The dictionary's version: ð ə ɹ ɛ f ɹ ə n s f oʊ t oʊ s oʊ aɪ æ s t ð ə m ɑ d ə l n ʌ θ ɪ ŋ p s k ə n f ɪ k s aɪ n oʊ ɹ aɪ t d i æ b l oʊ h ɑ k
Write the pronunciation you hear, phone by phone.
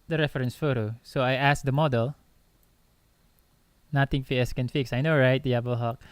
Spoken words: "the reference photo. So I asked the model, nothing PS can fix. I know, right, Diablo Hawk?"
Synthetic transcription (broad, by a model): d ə ɹ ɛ f ɹ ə n s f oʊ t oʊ s oʊ aɪ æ s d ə m ɑ d ə l n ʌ t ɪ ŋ f s k ə n f ɪ k s aɪ n oʊ ɹ aɪ t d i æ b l h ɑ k